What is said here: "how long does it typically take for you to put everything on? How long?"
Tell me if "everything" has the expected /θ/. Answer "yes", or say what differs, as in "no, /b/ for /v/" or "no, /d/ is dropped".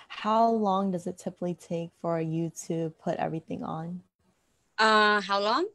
yes